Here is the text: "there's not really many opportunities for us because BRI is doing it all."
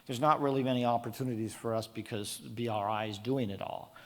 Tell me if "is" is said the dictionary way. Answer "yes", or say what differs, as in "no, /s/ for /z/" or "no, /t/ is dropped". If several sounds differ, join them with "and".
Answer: yes